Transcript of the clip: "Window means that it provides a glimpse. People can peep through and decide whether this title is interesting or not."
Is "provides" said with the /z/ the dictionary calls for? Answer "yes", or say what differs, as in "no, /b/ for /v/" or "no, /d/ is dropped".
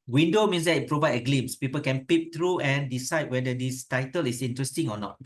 no, /z/ is dropped